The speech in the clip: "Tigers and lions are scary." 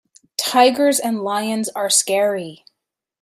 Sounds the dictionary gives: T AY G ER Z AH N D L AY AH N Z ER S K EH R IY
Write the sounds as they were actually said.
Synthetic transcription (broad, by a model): T AY G ER Z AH N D L AY AH N Z ER S K EH R IY